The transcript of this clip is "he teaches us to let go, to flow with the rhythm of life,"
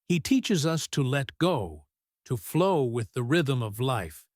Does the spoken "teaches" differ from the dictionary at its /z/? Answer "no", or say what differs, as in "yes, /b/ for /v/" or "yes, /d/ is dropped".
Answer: no